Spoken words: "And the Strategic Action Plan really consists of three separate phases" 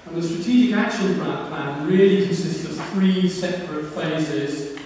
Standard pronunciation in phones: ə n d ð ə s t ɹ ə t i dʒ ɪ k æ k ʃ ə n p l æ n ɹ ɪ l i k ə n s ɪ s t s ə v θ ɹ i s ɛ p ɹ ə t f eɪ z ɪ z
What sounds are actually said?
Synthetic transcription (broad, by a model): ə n ð ə s t ɹ ə t i dʒ ɪ k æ k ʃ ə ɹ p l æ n ɹ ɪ l i k ə n s ɪ s t s ə v θ ɹ i s ɛ p ɹ ə t f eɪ z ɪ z